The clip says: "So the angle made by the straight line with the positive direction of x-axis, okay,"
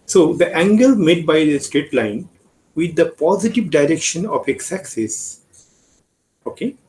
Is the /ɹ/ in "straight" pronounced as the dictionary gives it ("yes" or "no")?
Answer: yes